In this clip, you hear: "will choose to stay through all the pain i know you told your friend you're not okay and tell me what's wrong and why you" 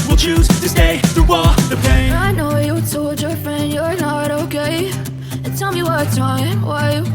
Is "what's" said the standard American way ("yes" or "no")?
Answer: no